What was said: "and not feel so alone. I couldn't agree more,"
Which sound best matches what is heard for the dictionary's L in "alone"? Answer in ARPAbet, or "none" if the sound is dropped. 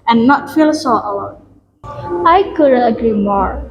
W